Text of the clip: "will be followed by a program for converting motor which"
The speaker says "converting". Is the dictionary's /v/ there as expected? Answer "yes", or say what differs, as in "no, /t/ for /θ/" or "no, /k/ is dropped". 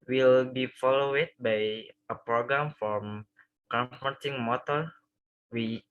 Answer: no, /f/ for /v/